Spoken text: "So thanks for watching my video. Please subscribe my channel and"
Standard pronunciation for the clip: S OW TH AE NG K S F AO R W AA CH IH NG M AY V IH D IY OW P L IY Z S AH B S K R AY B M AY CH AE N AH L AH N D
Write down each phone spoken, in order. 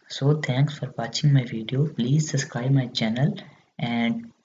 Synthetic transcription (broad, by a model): S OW T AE NG K S F AO R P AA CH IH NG M AY V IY D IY OW P L IY Z S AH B S K R AY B M AY CH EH N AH L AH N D